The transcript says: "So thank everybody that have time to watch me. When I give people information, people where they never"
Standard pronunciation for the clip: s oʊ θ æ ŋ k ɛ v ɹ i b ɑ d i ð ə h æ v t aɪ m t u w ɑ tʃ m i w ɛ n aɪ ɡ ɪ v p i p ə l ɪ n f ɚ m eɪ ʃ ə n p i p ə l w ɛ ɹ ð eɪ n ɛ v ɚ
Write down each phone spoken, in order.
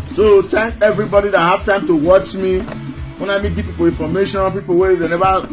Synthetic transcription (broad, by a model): s oʊ t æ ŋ k ɛ v ɹ i b ɑ d i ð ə h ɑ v t aɪ m t u w ɑ tʃ m i w ɛ n aɪ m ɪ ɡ p i p ə l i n f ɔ m eɪ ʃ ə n p i p ə l w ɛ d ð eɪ n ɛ v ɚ